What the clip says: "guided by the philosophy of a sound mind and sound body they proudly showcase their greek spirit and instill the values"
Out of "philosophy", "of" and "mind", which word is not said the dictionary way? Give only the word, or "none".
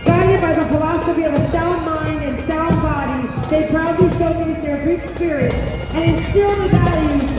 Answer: none